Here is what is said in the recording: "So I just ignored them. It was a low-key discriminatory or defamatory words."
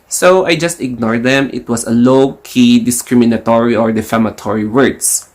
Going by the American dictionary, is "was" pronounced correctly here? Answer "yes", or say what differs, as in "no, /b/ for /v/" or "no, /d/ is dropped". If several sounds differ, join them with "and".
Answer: no, /s/ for /z/